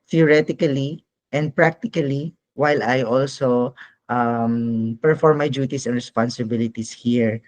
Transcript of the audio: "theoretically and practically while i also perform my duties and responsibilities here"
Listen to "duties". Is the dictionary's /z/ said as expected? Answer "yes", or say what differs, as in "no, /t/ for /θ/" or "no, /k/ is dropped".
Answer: no, /s/ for /z/